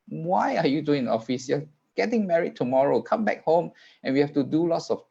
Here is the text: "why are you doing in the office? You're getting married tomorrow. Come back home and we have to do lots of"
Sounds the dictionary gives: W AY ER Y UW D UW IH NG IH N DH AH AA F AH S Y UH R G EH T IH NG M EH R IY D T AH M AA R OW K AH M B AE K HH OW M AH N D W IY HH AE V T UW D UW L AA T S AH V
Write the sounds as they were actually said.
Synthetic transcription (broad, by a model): W AY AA Y UW D UW IH NG AA F AH S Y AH G EH T IH NG M EH R IY D T AH M AA R OW K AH M B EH K HH OW M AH N W IY HH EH F T UW D UW L AA T S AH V